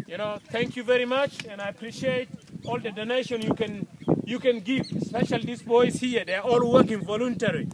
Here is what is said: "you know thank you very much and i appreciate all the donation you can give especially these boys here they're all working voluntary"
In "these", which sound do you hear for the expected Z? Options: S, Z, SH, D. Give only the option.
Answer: S